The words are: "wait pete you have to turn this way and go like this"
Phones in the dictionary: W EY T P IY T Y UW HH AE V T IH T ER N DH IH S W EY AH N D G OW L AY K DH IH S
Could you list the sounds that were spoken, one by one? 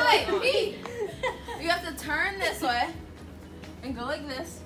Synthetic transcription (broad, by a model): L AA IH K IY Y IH HH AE F T IH T ER N DH IH S W EY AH N G OW L AY K DH IH S